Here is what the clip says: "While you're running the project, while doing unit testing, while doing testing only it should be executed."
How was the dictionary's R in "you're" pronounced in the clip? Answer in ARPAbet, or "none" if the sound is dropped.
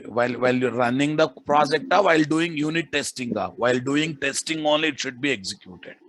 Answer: L